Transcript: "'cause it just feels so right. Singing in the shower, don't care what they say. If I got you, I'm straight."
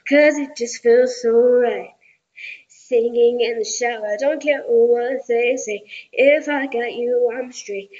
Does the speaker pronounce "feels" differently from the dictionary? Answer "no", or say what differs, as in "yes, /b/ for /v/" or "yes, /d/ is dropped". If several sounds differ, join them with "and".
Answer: no